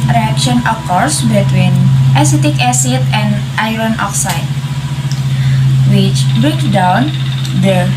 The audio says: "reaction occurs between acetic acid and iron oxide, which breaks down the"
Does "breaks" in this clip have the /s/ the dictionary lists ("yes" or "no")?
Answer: no